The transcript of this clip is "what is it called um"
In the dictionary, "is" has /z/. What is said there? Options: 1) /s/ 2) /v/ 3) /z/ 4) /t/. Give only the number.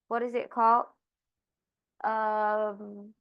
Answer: 3